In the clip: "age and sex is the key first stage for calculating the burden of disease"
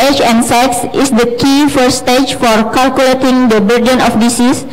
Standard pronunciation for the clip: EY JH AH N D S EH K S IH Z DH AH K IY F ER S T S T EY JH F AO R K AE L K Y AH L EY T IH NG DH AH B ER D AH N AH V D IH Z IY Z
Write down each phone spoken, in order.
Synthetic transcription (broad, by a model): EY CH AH N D S EH K S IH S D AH K IY F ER T S T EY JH F AO R K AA L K Y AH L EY T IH NG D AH B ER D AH N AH F D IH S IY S